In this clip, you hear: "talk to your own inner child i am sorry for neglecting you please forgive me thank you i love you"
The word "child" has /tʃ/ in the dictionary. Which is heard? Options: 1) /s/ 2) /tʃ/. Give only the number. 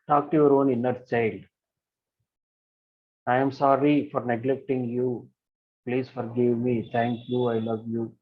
2